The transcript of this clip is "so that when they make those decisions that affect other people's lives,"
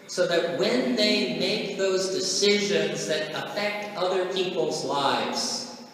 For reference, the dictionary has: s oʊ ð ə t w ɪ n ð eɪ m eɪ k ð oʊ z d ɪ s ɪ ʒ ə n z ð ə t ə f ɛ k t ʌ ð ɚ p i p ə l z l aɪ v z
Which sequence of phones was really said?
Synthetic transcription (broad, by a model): s oʊ ð ə t w ɪ n ð eɪ m eɪ k ð oʊ z d ɪ s ɪ ʒ ə n z ð ə t ə f ɛ k t ʌ ð ɚ p i p l z l aɪ v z